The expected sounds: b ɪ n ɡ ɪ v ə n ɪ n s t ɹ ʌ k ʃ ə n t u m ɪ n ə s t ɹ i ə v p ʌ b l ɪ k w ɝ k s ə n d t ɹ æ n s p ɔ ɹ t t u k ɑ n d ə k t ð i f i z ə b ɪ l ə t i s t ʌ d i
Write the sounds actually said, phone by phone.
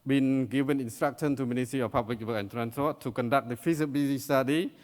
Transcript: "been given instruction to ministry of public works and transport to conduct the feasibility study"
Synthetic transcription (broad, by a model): b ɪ n ɡ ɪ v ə n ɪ n s t ɹ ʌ k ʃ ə n t u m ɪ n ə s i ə p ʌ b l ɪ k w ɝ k ə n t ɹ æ n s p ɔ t t u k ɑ n d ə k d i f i s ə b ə s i s t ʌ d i